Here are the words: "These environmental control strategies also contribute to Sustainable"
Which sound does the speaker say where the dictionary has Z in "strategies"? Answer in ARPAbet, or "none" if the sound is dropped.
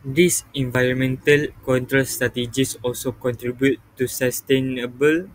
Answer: S